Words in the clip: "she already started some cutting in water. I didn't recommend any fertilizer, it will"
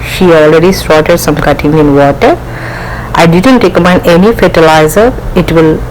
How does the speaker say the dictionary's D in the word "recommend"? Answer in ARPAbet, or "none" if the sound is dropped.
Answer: none